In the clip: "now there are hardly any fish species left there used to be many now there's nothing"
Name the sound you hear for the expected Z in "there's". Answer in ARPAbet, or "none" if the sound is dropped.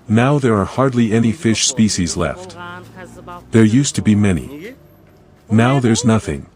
Z